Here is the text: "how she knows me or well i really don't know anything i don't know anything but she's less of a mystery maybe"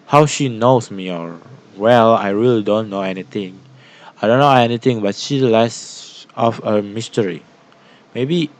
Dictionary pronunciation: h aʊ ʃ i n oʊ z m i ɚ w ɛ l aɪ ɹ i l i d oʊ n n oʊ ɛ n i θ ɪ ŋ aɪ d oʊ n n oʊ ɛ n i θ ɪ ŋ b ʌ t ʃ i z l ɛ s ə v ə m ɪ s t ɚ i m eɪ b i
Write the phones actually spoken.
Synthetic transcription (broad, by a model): h aʊ ʃ i n oʊ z m i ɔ w ɛ l aɪ ɹ i l i d oʊ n n oʊ ɛ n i t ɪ ŋ aɪ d oʊ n n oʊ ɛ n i t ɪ ŋ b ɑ t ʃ i l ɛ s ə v ə m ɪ s t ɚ i m eɪ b i